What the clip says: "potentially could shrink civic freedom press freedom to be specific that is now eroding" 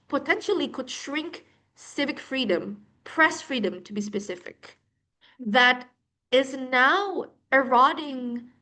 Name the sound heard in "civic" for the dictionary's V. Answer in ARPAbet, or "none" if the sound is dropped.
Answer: V